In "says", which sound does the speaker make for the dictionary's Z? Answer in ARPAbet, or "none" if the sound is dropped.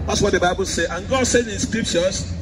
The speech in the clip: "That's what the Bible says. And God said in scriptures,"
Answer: none